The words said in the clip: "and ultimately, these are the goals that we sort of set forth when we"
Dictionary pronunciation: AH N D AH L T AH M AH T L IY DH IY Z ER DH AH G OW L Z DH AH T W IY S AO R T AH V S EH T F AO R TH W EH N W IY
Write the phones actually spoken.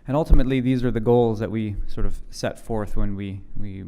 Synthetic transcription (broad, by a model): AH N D AH L T AH M AH T L IY DH IY Z ER DH AH G OW L Z DH AH T W IY S AO R T AH V S EH T F AO R TH W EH N W IY